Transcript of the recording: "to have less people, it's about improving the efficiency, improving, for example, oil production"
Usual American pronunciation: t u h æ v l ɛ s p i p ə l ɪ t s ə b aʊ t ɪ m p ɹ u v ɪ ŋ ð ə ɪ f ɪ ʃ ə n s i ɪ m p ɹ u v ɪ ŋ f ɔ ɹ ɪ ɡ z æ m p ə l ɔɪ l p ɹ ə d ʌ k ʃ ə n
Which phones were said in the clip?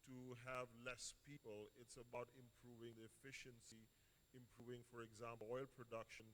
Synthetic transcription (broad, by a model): t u h æ v l ɛ s p i p ə l ɪ t s ə b aʊ t ɪ m p ɹ u v ɪ ŋ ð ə ɪ f ɪ ʃ ə n s i ɪ m p ɹ u v ɪ ŋ f ɔ ɹ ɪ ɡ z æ m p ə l ɔɪ l p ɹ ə d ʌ k ʃ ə n